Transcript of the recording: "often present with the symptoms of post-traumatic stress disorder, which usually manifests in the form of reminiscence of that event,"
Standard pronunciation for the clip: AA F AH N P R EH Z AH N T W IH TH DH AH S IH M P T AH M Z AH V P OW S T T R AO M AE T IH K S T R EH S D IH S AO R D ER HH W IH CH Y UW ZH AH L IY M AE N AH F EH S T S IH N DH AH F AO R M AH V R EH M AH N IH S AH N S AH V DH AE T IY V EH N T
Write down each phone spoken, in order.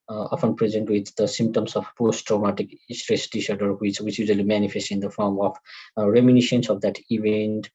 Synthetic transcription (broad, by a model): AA F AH N P R EH Z AH N T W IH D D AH S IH M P T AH M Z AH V P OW S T T R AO M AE T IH K S T R EH S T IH SH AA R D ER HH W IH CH Y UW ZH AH L IY M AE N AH F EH S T IH N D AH F AO R M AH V R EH M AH N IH SH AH N S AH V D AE T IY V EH N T